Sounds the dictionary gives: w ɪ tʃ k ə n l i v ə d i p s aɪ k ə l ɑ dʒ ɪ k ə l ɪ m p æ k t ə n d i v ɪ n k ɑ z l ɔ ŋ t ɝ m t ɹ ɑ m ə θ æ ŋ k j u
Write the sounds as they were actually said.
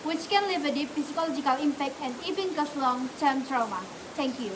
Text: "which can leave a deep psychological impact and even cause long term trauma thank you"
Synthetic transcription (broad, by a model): w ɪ tʃ k ə n l i v ə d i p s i k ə l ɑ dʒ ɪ k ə l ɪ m p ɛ k t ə n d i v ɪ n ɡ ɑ s l ɔ ŋ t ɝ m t ɹ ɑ m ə t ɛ ŋ k j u